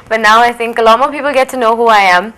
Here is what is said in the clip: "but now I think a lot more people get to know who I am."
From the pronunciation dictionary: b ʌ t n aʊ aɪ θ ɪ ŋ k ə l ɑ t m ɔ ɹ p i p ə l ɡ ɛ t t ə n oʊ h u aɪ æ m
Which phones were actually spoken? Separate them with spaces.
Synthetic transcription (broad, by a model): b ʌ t n aʊ aɪ θ ɪ ŋ k ə l ɑ t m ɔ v p i p ə l ɡ ɛ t t ə n oʊ h u aɪ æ m